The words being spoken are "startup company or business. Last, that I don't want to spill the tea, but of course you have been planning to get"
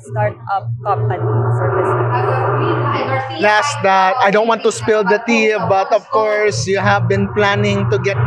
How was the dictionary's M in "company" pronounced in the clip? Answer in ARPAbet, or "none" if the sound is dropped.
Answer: none